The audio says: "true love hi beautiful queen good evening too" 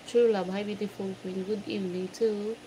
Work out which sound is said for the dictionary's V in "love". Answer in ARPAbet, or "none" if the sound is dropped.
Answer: B